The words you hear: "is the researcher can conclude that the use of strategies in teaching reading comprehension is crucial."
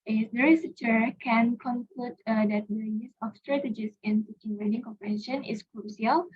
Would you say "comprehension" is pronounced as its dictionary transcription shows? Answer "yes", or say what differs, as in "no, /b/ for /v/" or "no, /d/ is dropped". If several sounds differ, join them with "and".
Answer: no, /ɹ/ is dropped and /n/ is dropped